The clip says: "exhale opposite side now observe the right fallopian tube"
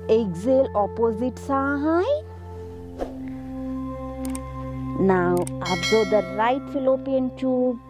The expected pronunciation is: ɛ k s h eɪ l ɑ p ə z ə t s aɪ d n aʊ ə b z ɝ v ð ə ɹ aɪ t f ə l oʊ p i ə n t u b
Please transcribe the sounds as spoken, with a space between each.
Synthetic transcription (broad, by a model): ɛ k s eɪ l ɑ p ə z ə t s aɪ n aʊ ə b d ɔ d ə ɹ aɪ t f ə l oʊ p i ə n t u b